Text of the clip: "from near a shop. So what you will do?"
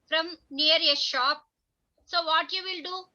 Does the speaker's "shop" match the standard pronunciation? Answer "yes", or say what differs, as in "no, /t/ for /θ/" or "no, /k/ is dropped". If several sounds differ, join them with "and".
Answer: yes